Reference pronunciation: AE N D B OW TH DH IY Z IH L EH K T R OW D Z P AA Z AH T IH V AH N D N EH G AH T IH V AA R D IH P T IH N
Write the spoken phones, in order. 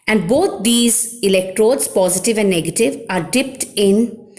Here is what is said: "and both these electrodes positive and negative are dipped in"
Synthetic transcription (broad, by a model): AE N D B OW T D IY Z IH L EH K T R OW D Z P AA Z AH T IH V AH N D N EH G AH T IH V AA R D IH P T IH N